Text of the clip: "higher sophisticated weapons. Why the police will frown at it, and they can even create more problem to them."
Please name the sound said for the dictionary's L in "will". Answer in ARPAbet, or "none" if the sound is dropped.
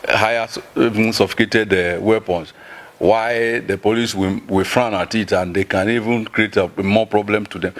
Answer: W